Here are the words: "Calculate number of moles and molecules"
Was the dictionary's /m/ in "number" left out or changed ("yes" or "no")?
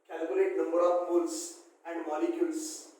no